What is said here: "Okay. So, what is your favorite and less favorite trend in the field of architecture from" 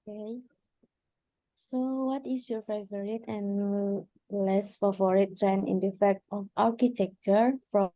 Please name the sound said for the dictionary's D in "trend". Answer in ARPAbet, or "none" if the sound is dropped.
none